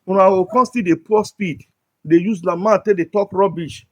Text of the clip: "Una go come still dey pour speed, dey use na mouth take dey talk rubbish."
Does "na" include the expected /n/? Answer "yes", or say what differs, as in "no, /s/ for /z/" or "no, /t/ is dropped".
no, /l/ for /n/